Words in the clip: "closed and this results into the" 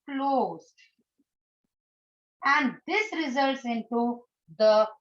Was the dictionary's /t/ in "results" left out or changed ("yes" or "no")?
no